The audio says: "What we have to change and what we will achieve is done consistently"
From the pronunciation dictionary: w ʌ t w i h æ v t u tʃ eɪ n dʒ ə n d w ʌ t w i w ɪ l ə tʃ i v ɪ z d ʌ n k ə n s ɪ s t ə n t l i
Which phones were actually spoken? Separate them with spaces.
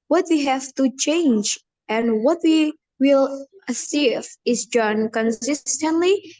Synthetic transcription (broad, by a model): w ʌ t w i h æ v t u tʃ eɪ n dʒ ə n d w ʌ t w i w ɪ l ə s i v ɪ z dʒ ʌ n k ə n s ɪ s t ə n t l i